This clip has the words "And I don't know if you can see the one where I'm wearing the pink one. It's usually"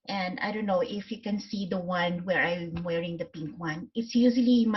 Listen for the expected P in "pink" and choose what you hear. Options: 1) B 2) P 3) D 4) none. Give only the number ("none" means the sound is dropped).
2